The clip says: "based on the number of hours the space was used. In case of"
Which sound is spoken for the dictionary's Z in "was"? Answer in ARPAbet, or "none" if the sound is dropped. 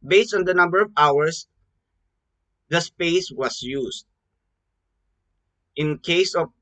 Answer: S